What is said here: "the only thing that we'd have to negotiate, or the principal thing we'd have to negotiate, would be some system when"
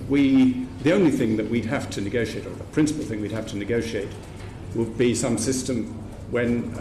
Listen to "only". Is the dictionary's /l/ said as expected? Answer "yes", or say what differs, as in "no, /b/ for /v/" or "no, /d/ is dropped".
yes